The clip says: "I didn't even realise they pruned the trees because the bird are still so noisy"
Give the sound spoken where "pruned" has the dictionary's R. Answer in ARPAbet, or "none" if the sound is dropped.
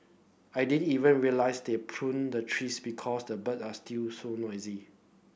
R